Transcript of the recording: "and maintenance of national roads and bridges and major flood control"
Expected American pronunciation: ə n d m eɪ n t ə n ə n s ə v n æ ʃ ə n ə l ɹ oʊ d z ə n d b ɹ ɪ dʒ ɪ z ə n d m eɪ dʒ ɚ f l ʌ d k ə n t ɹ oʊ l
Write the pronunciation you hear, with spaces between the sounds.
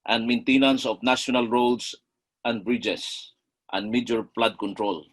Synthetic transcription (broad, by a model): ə n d m eɪ n t ə n ə n s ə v n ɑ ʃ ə n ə l ɹ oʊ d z ə n d b ɹ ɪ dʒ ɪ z ə n d m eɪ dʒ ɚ p l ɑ d k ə n t ɹ oʊ l